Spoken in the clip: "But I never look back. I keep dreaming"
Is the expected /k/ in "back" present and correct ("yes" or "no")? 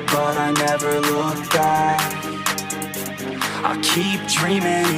no